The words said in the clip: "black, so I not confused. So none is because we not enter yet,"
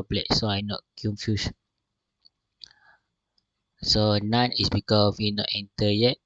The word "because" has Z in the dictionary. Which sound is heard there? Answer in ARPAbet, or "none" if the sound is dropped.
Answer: none